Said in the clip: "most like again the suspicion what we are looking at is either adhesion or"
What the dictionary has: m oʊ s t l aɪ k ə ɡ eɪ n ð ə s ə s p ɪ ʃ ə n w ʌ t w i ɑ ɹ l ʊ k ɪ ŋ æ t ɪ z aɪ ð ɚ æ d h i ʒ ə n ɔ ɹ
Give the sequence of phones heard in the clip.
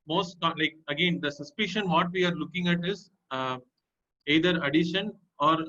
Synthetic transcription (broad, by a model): m oʊ s t l aɪ k ə ɡ eɪ n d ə s ə s p ɪ ʃ ə n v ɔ t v i ɑ ɹ l ʊ k ɪ ŋ æ t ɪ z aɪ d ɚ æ d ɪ ʃ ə n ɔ ɹ